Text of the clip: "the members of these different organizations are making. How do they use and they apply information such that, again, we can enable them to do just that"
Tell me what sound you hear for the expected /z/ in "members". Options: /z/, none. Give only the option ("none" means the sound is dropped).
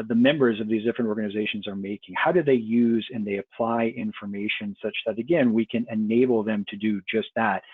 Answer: /z/